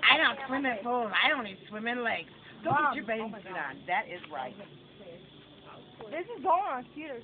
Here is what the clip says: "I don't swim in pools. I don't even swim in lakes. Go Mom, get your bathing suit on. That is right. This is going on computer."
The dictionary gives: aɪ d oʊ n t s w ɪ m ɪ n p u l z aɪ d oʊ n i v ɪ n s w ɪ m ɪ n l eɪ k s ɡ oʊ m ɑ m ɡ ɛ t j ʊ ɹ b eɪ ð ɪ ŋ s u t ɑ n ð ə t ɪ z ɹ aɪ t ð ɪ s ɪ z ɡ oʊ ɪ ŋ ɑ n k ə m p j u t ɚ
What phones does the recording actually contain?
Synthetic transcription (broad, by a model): aɪ d oʊ n t s w ɪ m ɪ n f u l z aɪ d oʊ n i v s w ɪ m ɪ n l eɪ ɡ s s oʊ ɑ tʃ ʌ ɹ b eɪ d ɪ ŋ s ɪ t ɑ n ð ə t ɪ z ɹ aɪ t ð ɪ s ɪ z ɡ oʊ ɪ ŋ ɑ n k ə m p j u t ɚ